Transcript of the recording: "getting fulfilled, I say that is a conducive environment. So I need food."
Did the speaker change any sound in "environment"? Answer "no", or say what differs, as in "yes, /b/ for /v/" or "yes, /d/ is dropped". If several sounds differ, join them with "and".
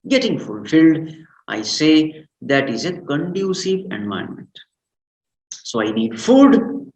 yes, /ɹ/ is dropped